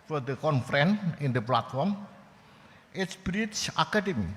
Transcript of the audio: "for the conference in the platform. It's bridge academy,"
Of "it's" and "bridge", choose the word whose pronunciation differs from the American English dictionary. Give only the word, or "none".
bridge